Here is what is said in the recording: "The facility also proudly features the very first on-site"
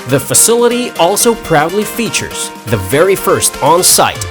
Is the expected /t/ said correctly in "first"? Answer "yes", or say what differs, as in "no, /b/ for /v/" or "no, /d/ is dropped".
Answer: yes